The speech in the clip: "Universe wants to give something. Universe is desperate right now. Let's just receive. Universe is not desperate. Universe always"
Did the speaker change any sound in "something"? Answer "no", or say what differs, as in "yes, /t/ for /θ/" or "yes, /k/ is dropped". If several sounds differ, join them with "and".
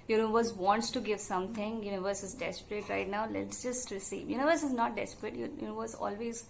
yes, /t/ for /θ/